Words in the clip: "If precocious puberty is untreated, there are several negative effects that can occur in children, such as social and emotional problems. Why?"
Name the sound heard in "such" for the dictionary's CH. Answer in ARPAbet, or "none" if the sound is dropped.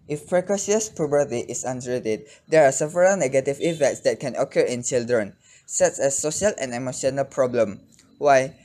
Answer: S